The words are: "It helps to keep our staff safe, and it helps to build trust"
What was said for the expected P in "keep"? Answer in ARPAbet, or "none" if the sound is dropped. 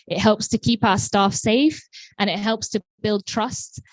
P